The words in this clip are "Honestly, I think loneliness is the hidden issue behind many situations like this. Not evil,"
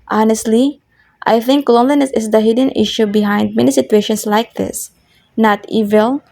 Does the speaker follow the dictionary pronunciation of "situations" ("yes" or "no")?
no